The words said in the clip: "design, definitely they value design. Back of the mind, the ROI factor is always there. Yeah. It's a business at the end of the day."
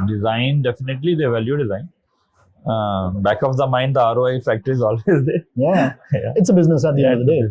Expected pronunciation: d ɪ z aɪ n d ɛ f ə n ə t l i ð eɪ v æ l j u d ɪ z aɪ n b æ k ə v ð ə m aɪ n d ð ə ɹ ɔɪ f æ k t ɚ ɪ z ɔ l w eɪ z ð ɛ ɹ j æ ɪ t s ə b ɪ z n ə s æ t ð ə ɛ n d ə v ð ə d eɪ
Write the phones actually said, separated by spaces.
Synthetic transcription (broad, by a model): d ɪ z aɪ n d ɛ f ə n ə t l i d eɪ v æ l j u d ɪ z aɪ n b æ k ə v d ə m aɪ n d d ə ɹ ɔɪ f æ k t ɚ ɪ z ɔ l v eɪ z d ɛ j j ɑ ɪ t s ə b ɪ z n ə s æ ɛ d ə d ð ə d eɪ